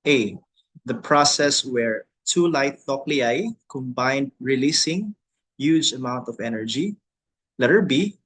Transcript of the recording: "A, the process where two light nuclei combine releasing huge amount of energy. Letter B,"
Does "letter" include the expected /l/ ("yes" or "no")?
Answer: yes